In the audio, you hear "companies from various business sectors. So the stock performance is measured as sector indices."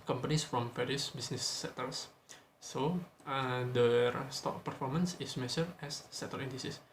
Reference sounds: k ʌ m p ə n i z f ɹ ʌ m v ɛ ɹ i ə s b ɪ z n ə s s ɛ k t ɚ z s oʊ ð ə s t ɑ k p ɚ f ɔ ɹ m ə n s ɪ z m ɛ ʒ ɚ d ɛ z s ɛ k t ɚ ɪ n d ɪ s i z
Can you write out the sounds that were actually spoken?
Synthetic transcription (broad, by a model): k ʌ m p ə n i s f ɹ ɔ m f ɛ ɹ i s b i s n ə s s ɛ t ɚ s s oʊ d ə s t ɑ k p ɚ f ɔ ɹ m ə n s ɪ s m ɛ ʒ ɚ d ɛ s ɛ t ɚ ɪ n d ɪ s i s